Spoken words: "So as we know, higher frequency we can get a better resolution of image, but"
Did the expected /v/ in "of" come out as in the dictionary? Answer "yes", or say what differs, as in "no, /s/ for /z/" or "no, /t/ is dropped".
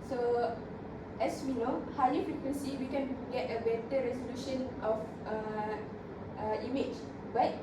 no, /f/ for /v/